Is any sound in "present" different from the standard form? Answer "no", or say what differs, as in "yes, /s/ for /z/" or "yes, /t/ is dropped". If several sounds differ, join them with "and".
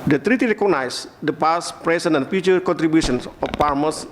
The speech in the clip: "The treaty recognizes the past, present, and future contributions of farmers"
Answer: yes, /s/ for /z/ and /t/ is dropped